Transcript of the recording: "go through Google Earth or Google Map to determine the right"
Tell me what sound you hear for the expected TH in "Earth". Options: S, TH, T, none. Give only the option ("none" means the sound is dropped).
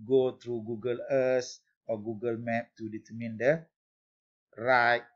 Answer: S